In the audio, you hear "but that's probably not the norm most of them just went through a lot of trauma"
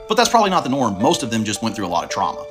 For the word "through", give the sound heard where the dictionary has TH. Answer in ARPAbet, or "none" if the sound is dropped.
TH